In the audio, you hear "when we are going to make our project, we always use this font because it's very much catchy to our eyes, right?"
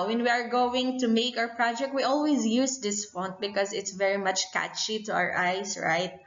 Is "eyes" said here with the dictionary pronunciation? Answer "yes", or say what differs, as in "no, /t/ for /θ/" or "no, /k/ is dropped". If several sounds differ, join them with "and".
no, /s/ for /z/